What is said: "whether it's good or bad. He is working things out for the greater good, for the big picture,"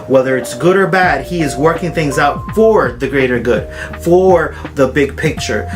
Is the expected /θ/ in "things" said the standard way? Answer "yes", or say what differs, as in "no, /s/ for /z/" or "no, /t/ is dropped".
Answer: yes